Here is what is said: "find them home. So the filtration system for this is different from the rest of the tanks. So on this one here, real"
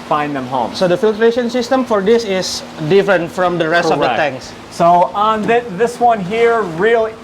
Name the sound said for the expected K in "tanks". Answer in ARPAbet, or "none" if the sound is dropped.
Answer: none